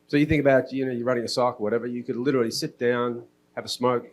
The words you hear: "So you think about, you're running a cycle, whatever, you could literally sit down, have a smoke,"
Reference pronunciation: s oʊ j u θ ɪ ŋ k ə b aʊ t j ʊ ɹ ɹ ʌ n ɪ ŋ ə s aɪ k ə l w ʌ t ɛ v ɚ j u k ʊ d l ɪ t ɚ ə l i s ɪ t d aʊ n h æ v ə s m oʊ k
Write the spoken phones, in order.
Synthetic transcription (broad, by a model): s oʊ j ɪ θ ɪ ŋ k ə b aʊ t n ʊ ɹ ɹ ʌ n ɪ ŋ ə s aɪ k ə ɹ w ʌ t ɛ v ɚ j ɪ k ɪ d l ɪ t ɚ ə l i s ɪ t d aʊ n h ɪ v ə s m oʊ k